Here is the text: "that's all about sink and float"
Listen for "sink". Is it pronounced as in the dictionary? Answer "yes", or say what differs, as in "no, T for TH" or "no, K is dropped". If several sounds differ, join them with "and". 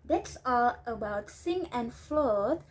no, K is dropped